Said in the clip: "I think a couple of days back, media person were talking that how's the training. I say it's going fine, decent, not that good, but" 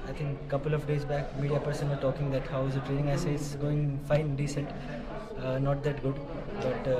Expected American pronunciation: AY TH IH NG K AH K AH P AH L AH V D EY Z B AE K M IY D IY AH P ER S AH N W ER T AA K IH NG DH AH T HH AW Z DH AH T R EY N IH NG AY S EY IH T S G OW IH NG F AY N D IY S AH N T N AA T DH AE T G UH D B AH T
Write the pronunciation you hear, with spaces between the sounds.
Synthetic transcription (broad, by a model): AY T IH NG K K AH P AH L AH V D EY Z B AE K M IY D IY AH P ER S AH N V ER T AA K IH NG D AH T HH AW Z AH T R EY N IH NG AY S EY IH T S G OW IH NG F AY N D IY S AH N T N AA T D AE T G UH D B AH T